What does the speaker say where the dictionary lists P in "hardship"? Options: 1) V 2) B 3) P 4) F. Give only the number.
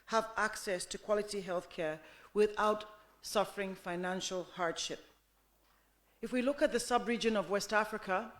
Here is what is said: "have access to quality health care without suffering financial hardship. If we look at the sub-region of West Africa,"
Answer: 3